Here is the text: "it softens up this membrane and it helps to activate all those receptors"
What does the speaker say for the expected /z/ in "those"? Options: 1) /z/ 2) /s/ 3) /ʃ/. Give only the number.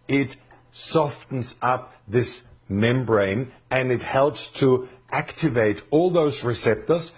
1